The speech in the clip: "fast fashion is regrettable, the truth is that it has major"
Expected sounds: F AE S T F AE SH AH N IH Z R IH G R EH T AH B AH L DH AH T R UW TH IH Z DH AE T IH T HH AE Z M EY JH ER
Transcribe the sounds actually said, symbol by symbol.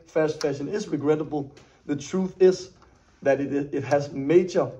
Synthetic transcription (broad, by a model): F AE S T F AE SH AH N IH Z R IH G R EH T AH B AH L DH AH T R UW TH IH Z DH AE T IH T HH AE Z M EY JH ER